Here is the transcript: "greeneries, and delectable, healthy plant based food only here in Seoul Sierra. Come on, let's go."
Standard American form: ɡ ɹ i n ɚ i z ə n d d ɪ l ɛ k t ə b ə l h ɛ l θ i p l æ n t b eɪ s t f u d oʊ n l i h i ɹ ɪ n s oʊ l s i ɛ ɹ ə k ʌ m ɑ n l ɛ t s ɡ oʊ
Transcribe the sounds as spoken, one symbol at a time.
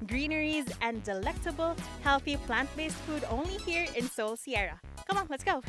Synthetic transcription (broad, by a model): ɡ ɹ i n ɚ i z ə n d d ɪ l ɛ k t ə b ə l h ɛ l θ i p l æ n t b eɪ s t f u d oʊ n l i h i ɹ ɪ n s oʊ l s i ɛ ɹ ə k ʌ m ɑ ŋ l ɛ t s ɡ oʊ